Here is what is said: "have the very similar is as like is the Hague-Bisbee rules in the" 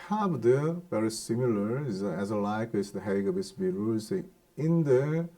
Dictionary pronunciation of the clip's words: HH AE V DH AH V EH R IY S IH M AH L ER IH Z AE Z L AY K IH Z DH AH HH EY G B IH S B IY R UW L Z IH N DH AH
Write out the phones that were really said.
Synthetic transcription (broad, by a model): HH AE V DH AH V EH R IY S IH M AH L ER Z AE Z L AY K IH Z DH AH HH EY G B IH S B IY R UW Z IH N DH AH